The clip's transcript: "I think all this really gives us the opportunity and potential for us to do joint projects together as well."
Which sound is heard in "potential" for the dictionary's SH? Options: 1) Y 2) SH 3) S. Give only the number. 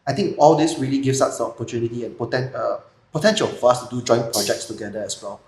2